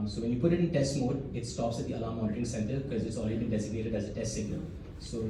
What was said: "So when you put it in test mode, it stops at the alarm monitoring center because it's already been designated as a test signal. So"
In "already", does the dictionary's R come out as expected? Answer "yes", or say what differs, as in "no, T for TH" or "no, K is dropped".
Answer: no, L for R